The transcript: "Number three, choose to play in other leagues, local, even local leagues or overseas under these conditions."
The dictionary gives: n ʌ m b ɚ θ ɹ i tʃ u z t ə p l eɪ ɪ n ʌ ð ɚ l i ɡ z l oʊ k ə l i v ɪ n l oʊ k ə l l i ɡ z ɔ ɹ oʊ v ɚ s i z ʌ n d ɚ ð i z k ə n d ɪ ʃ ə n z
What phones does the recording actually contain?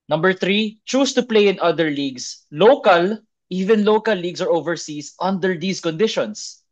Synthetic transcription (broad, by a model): n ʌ m b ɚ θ ɹ i tʃ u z t ə p l eɪ ɪ n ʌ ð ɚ l i ɡ s l oʊ k ə l i v ɪ n l oʊ k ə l l i ɡ s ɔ ɹ oʊ v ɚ s i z ʌ n d ɚ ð i s k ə n d ɪ ʃ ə n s